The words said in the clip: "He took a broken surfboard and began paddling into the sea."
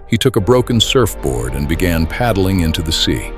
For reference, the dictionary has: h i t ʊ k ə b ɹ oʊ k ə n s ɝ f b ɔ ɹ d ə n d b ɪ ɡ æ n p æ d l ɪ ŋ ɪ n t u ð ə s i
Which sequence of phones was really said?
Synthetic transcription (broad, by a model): h i t ʊ k ə b ɹ oʊ k ə n s ɝ f b ɔ ɹ d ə n b ɪ ɡ æ n p æ d l ɪ ŋ ɪ n t u ð ə s i